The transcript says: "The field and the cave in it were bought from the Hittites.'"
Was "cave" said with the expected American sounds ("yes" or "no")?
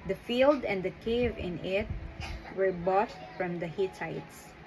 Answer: yes